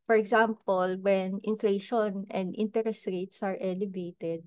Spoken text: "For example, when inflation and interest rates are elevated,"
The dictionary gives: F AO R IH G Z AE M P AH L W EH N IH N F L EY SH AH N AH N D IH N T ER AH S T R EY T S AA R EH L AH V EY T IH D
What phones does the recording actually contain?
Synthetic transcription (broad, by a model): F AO R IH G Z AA M P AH L W EH N IH N F L EY SH AH N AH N D IH N T ER AH S T R EY T S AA R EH L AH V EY T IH D